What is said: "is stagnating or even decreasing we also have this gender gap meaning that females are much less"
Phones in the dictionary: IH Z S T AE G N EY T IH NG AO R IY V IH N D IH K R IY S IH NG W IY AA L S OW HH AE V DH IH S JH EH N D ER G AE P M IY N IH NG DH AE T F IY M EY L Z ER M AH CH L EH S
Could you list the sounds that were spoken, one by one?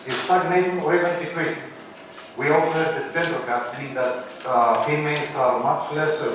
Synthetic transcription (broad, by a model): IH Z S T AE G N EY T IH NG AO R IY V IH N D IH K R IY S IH W IY AA L S OW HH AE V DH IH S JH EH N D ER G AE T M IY IH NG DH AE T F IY M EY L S ER M AH CH L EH S